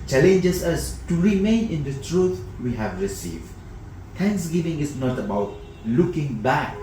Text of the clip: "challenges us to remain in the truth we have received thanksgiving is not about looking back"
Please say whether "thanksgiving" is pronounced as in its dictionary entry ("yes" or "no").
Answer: no